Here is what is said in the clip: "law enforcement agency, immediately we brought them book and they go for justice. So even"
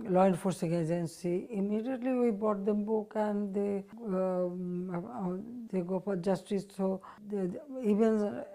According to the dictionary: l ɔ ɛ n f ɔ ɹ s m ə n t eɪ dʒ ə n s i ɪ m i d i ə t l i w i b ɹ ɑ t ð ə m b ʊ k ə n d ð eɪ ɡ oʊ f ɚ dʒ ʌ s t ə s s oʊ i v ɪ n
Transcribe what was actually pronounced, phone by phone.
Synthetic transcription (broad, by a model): l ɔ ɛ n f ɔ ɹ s ə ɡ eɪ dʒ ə n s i ɪ m i d i ə t l i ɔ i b ɑ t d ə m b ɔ k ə n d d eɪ ɡ oʊ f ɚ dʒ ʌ s t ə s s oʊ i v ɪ n